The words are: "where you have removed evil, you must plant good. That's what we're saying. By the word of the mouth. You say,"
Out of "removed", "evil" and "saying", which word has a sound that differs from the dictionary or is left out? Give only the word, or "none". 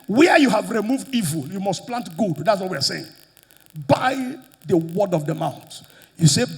none